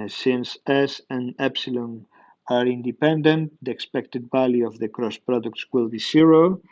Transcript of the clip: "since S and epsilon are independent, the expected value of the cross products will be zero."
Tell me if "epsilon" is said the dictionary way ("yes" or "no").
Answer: yes